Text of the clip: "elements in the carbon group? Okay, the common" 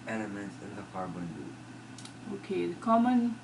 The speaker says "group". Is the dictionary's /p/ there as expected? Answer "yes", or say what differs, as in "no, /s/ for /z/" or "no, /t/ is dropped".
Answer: no, /p/ is dropped